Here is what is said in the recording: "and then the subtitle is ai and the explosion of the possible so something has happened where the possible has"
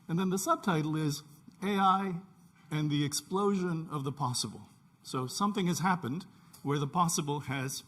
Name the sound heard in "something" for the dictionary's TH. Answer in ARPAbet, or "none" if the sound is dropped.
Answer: TH